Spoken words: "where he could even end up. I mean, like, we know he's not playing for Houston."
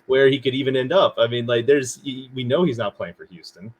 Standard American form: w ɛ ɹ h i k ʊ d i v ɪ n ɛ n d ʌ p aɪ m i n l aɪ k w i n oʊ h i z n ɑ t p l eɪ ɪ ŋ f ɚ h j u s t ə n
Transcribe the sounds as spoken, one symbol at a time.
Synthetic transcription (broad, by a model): w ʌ ɹ h i k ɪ d i v ɪ n ɛ n d ʌ p aɪ m i n l aɪ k w i n oʊ h i z n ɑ t p l eɪ ɪ ŋ f ɚ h j u s t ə n